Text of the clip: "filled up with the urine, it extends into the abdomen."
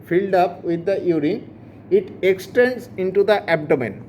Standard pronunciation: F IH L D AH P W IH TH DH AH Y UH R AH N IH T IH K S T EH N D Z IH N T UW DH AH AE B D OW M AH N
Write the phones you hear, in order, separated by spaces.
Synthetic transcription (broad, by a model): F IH L D AH P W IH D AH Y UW R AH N IH T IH K S T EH N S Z IH N T UW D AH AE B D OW M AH N